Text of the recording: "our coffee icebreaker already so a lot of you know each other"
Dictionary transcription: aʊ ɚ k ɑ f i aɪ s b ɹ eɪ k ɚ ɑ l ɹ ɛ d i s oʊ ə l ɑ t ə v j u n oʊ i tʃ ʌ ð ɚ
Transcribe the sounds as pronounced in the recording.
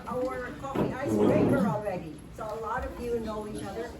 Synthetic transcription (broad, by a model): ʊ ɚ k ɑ i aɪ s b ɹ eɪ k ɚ ɑ l ɹ ɛ d i s oʊ ə l ɑ t ə v j u n oʊ i tʃ ʌ ð ɚ